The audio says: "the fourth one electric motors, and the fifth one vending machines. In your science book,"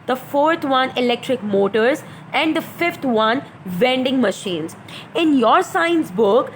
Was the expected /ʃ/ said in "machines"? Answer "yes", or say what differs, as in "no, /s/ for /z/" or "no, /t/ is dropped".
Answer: yes